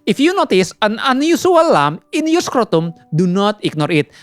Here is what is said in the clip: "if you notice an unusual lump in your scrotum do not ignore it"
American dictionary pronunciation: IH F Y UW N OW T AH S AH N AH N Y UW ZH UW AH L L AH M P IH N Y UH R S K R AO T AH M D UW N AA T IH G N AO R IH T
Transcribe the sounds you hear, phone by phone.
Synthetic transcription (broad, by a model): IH F Y UW N OW T AH S AH N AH N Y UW S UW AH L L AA M IH N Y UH S K R AO T AH M D UW N AA T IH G N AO R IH T